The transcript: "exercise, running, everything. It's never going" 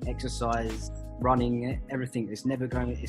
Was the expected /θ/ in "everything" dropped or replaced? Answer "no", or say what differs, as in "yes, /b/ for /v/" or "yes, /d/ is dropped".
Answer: no